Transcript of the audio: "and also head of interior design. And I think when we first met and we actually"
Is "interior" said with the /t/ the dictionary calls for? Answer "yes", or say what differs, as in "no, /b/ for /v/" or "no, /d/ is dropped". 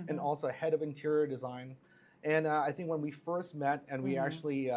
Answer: yes